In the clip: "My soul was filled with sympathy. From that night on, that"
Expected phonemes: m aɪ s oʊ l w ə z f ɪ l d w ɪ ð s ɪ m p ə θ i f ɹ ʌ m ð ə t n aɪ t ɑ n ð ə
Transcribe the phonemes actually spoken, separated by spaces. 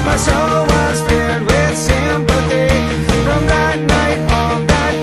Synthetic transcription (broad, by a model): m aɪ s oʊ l w ə z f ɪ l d w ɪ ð s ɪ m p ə t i f ɹ ʌ m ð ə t n aɪ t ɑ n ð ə